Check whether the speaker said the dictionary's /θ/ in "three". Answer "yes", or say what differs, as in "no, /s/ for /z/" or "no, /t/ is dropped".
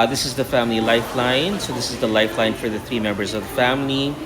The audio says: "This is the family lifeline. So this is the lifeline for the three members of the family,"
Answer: yes